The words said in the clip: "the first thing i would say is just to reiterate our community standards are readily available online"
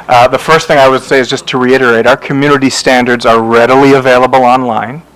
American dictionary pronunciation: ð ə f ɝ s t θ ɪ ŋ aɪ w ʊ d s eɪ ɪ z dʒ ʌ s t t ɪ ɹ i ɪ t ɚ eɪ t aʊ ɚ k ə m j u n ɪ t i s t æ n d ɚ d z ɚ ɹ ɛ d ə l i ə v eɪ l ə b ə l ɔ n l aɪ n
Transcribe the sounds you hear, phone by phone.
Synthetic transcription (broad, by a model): ð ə f ɝ s t θ ɪ ŋ aɪ w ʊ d s eɪ ɪ z dʒ ʌ s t t ɪ ɹ i ɪ t ɚ eɪ t aʊ ɚ k ə m j u n ɪ t i s t æ n d ɚ d z ɚ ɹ ɛ d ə l i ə v eɪ l ə b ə l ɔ n l aɪ n